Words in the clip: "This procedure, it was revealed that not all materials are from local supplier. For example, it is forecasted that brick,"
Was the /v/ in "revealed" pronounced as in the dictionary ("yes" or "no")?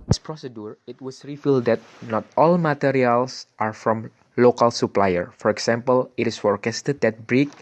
no